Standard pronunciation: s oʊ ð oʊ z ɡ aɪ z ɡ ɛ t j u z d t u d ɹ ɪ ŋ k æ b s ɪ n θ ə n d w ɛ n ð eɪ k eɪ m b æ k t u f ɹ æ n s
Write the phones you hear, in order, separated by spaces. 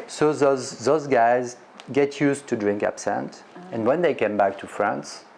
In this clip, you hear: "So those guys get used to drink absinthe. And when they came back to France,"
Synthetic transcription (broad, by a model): s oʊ ð oʊ z ɡ aɪ z ɡ ɛ t j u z t u d ɹ ɪ ŋ k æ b s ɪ n t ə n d w ɛ n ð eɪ k eɪ m b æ k t u f ɹ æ n s